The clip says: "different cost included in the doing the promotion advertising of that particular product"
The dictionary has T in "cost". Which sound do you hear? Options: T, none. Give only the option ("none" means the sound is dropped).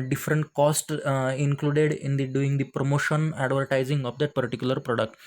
T